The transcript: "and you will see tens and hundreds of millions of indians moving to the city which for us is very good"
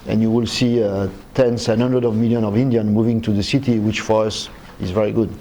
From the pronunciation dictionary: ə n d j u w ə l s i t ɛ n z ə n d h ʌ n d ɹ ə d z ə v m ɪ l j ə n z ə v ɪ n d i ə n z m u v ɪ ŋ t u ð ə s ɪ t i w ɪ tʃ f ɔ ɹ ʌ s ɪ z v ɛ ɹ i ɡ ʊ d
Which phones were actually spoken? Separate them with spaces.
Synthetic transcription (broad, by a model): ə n j u w ə l s i t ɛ n s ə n h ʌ n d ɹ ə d ə v m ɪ l j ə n ə v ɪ n d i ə n m u v ɪ ŋ t u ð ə s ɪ t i w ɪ tʃ f ɔ ɹ ʌ s ɪ z v ɛ ɹ i ɡ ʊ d